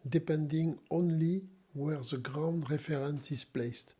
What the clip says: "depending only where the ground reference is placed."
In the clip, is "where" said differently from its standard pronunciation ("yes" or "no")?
no